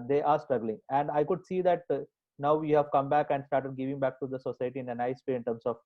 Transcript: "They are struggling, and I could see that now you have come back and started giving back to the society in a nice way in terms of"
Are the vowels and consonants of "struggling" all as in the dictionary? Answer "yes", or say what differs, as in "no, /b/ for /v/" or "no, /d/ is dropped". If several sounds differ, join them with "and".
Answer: yes